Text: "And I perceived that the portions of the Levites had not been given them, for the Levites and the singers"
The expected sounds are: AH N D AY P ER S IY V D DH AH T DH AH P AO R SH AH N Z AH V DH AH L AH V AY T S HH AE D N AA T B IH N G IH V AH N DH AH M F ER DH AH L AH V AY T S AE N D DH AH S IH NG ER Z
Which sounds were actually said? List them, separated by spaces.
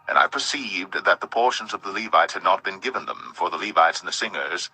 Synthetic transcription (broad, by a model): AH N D AY P ER S IY V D DH AH T DH AH P AO R SH AH N Z AH V DH AH L AH V AY T S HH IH D N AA T B IH N G IH V AH N DH AH M F ER DH AH L AH V AY T S N DH AH S IH NG ER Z